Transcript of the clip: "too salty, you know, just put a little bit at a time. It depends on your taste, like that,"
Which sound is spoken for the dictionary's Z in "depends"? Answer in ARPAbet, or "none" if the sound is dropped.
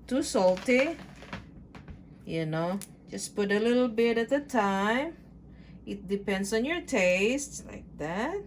S